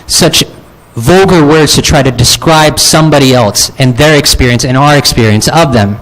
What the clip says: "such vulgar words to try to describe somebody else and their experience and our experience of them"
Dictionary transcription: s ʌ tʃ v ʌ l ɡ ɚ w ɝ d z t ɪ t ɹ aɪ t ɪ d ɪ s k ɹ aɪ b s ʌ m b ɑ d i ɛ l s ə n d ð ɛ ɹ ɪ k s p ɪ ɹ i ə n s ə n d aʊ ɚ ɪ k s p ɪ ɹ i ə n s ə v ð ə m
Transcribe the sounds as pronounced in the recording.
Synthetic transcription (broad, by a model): s ʌ tʃ v ʌ l ɡ ɚ w ɝ d z t ɪ t ɹ aɪ t ɪ d ɪ s k ɹ aɪ b s ʌ m b ɑ d i ɛ l s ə n ð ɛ ɹ ɪ k s p ɪ ɹ i ə n s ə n aʊ ɚ ɪ k s p ɪ ɹ i ə n s ə v ð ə m